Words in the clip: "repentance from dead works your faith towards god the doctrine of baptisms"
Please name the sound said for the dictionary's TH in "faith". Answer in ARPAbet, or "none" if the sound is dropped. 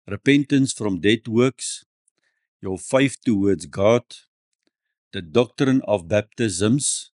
F